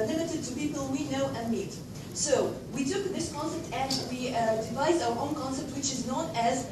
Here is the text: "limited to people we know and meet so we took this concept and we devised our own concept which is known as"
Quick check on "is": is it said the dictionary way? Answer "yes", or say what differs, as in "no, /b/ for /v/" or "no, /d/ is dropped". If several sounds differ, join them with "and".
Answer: yes